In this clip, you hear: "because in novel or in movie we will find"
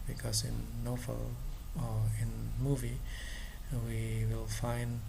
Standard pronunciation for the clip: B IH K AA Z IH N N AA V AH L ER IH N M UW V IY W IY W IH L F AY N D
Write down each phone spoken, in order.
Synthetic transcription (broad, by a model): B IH K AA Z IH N N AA F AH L IH N M UW V IY W IY W IH L F AY N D